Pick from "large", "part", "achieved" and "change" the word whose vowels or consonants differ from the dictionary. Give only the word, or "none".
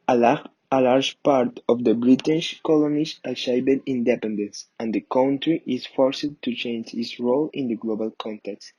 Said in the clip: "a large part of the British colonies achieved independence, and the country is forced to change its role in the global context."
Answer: achieved